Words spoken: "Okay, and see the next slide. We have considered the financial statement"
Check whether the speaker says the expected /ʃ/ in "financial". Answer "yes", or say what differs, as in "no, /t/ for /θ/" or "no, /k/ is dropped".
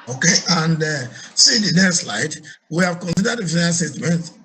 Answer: no, /ʃ/ is dropped